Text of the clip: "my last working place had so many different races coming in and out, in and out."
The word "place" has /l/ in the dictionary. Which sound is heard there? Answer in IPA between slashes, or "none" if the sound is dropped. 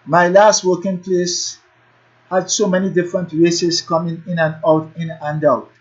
/l/